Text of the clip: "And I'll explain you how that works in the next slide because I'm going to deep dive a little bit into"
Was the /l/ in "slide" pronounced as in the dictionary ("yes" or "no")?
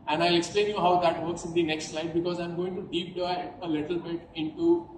yes